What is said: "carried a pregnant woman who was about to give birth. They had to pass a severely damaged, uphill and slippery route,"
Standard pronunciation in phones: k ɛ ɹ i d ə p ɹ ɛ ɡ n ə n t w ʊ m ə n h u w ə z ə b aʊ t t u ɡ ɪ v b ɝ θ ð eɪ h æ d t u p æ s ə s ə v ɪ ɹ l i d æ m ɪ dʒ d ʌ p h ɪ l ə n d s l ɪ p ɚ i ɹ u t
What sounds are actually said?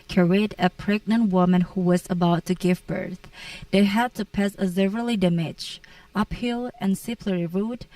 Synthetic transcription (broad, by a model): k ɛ ɹ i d ə p ɹ ɛ ɡ n ə n t w ʊ m ə n h u w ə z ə b aʊ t t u ɡ ɪ v b ɝ θ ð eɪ h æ d t u p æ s ə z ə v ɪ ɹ l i d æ m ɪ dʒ ʌ p h ɪ l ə n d s ɪ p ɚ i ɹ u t